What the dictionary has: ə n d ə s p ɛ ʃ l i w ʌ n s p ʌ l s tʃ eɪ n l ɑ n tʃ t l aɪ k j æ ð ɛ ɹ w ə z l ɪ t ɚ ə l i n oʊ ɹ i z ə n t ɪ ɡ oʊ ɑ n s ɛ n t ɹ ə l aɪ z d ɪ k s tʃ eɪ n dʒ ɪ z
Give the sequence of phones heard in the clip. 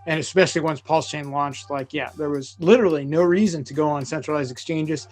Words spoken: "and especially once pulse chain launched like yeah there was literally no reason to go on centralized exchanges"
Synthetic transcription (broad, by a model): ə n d ə s p ɛ ʃ l i w ʌ n s p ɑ l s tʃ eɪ n l ɑ n tʃ t l aɪ k j æ ð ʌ ɹ w ə z l ɪ t ɚ l i n oʊ ɹ i z ə n t ɪ ɡ oʊ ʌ n s ɛ n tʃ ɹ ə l aɪ z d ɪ k s tʃ eɪ n dʒ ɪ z